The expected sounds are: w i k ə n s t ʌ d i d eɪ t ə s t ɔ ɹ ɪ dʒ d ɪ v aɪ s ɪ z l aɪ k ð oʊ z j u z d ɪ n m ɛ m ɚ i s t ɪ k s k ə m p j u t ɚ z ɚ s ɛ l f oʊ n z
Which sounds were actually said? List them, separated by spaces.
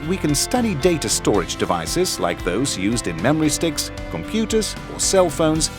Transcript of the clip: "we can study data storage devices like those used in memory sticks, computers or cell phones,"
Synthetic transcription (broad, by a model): w i k ə n s t ʌ d i d eɪ t ə s t ɔ ɹ ɪ dʒ d ɪ v aɪ s ɪ z l aɪ k ð oʊ z j u z d ɪ n m ɛ m ɚ i s t ɪ k s k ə m p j u t ɚ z ɚ s ɛ l f oʊ n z